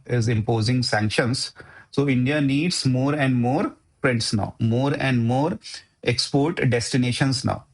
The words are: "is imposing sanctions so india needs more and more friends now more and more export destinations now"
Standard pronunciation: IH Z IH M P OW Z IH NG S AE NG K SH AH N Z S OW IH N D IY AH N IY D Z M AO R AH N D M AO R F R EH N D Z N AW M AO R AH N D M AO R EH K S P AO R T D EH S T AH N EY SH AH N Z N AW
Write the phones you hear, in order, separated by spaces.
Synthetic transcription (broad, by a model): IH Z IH M P OW Z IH NG S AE NG K SH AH N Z S OW IH N D IY AH N IY D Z M AO R AH N D M AO R P R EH N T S N AW M AO R AH N D M AO R EH K S P AO R T D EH S T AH N EY SH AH N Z N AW